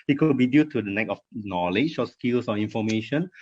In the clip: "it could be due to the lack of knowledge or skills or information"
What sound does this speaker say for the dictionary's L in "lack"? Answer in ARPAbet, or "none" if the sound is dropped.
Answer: N